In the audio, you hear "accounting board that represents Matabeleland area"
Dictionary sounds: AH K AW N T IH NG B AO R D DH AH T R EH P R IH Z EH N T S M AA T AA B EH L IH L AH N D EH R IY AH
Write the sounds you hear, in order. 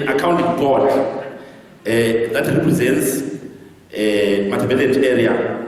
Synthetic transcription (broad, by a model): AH K AW N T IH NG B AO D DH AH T R EH P R IH Z EH N T S M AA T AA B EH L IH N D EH R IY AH